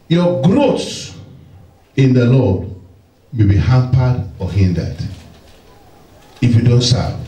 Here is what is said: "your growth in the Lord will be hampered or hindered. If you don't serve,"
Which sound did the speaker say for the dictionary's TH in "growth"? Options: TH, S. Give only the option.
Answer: S